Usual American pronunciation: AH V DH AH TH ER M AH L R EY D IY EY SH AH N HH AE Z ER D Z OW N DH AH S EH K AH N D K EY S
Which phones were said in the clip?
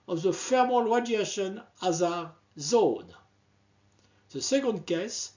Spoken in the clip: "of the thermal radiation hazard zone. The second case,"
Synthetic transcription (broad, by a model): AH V DH AH F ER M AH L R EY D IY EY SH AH N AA Z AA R Z OW N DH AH S EH K AH N D K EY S